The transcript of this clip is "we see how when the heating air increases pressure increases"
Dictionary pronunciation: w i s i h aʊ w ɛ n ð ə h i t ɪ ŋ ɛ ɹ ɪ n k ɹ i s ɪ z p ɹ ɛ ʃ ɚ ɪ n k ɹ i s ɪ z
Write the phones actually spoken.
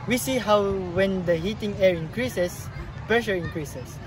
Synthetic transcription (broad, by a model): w i s i h aʊ w ɛ n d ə h i t ɪ ŋ ɛ ɹ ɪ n k ɹ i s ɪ s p ɛ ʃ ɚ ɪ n k ɹ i s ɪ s